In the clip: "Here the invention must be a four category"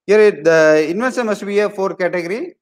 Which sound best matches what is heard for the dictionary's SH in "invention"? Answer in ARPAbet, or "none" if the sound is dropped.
S